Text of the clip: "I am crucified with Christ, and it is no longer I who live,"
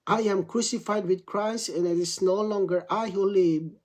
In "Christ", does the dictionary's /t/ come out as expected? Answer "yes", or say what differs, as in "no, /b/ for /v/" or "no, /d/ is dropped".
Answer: no, /t/ is dropped